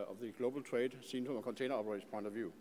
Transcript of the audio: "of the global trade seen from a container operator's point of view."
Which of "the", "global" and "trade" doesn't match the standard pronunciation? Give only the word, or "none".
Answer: none